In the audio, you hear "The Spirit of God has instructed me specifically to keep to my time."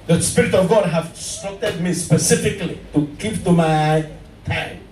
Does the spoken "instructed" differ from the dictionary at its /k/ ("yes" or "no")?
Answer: yes